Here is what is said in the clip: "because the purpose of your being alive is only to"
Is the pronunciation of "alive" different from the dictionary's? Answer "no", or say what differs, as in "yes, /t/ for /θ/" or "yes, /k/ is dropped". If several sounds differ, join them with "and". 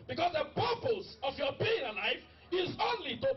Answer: yes, /f/ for /v/